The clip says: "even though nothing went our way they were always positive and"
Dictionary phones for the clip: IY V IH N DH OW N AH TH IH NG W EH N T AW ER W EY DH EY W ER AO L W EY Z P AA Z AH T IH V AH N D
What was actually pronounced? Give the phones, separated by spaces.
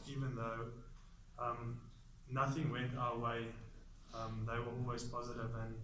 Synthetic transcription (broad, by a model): IY V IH N DH OW N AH TH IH NG W EH N T AW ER W EY DH EY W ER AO L W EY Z P AA Z AH T IH V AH N